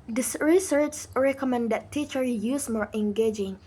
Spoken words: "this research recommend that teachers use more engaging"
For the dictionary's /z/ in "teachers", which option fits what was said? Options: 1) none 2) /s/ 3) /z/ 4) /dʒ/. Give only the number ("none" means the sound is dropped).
1